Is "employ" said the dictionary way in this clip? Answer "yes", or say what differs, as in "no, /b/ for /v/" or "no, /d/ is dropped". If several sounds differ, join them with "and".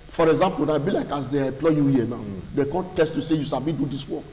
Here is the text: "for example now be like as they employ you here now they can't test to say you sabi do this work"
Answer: no, /m/ is dropped